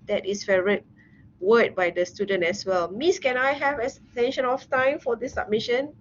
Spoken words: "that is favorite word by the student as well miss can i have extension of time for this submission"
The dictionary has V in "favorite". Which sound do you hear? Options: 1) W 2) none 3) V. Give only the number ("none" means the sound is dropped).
2